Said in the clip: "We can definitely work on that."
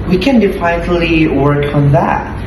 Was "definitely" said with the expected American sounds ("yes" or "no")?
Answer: no